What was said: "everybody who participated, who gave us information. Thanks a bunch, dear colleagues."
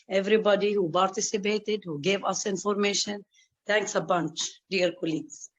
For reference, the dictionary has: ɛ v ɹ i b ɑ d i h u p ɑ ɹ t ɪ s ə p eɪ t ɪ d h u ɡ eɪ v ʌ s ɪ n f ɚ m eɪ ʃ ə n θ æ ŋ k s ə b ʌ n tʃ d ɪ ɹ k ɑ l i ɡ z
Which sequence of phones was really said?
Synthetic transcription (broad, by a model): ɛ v ɹ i b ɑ d i h u p ɑ ɹ t ɪ s ə p eɪ t ɪ d h u ɡ eɪ v ʌ s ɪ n f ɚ m eɪ ʃ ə n t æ ŋ k s ə b ʌ n tʃ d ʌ ɹ k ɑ l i ɡ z